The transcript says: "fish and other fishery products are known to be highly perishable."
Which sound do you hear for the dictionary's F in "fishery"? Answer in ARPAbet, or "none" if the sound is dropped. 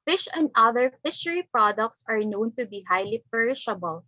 F